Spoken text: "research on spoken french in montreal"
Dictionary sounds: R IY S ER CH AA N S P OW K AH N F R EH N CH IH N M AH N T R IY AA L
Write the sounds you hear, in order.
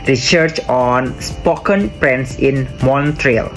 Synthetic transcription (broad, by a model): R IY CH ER CH AA N S P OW K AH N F R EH N S IH N M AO N T R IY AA L